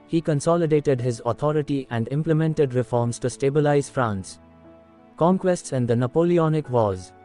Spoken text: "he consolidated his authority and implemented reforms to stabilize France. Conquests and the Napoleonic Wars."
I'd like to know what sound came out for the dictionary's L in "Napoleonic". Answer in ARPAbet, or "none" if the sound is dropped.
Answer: L